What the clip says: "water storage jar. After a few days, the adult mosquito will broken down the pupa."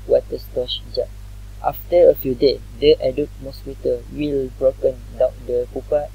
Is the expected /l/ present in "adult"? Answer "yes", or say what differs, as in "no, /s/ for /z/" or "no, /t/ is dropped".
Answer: no, /l/ is dropped